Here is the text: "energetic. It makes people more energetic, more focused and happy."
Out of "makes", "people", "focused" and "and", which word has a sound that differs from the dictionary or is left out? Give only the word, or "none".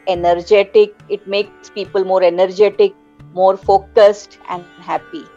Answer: none